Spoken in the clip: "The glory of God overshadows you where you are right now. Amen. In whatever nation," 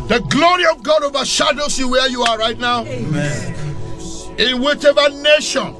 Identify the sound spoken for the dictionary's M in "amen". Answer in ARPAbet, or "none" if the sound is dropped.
none